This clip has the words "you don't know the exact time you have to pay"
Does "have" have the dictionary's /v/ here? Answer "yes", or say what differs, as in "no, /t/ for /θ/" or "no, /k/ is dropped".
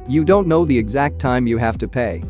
no, /f/ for /v/